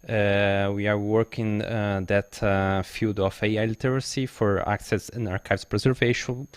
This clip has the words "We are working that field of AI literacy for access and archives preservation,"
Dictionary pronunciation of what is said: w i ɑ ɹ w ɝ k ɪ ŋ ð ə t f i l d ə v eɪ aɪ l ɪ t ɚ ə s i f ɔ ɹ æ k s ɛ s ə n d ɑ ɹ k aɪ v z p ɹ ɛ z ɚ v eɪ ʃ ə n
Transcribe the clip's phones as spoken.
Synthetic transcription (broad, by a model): w i ɑ ɹ w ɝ k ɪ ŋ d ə t f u d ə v eɪ aɪ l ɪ t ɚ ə s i f ɔ ɹ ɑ k s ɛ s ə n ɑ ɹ k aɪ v s p ɹ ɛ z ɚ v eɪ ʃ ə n